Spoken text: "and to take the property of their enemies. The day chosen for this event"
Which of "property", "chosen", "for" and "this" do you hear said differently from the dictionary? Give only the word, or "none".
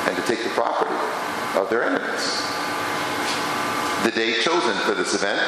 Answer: none